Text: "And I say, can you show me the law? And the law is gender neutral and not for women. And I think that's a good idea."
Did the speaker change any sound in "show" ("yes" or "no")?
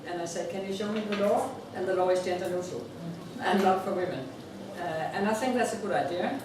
no